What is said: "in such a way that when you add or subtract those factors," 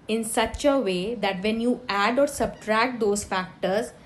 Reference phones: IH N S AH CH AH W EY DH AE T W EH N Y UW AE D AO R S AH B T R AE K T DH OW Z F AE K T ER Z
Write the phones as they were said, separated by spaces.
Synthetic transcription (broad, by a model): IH N S AH CH AH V EY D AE T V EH N Y UW AE D AO R S AH B T R AE K T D OW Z F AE K T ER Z